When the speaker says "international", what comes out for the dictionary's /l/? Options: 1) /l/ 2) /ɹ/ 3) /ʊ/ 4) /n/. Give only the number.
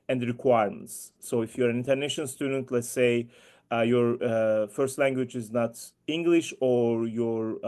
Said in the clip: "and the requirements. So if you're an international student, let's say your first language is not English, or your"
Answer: 4